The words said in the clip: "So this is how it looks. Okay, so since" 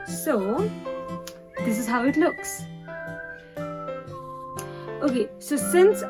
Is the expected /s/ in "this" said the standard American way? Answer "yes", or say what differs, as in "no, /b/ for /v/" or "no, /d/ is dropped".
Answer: yes